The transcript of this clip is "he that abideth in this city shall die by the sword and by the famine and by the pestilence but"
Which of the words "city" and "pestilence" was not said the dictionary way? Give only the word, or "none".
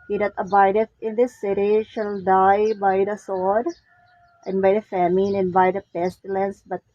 none